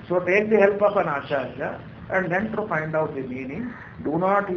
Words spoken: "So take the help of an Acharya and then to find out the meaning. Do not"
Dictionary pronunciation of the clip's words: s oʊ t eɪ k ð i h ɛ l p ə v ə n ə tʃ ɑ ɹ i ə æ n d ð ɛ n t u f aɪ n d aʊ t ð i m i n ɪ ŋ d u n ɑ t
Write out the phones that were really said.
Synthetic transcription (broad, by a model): s oʊ t eɪ k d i h ɛ l p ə p ə n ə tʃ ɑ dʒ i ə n d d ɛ n t u f aɪ n d aʊ t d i m i n ɪ ŋ d u n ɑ t